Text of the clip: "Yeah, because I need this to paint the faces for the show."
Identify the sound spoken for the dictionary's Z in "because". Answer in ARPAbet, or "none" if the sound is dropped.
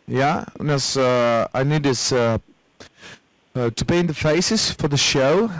none